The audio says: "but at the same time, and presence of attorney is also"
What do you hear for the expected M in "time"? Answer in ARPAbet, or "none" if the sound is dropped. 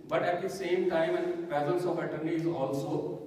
M